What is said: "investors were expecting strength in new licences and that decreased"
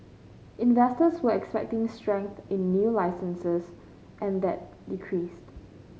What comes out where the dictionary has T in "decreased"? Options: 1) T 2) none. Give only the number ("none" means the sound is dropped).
1